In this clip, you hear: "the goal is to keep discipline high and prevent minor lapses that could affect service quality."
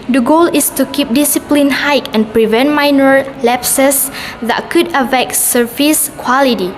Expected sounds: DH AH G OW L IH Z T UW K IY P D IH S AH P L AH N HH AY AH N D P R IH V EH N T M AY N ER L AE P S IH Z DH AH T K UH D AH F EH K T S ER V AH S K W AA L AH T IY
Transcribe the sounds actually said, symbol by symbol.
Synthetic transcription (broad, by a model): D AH G OW L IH S T UW K IY P D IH S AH P L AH N HH AY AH N P R IH V EH N T M AY N ER L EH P S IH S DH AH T K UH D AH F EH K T S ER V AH S K W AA L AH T IY